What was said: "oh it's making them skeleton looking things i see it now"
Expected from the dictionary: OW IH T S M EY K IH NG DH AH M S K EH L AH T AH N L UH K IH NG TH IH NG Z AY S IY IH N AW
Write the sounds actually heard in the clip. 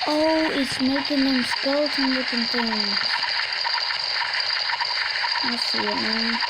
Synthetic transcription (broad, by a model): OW IH T S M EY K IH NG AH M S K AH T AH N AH IH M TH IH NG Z AY S IY IH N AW